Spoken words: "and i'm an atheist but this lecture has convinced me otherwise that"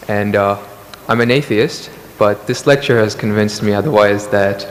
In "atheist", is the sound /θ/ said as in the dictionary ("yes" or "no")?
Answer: yes